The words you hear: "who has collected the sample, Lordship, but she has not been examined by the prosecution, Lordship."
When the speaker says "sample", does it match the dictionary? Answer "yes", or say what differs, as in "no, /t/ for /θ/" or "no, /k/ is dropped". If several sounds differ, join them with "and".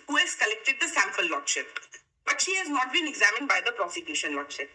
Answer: no, /f/ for /p/